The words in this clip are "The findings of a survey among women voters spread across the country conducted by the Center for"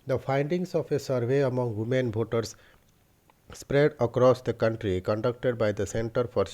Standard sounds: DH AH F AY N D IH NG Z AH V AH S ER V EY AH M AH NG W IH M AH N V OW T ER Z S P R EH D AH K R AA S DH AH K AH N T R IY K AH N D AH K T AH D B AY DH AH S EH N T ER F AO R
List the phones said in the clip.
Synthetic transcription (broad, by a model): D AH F AY N D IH NG S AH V AH S ER V EY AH M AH NG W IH M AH N B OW T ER S P R EH D AH K R AA S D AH K AH N T R IY K AH N D AH K T AH D B AY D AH S EH N T ER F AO R